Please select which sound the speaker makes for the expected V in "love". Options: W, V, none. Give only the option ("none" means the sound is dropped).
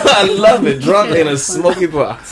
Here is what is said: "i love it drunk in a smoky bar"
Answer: V